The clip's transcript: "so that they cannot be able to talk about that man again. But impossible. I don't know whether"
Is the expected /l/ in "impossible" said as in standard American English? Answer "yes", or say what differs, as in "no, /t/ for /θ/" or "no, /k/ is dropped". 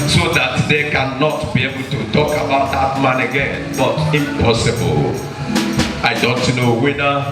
yes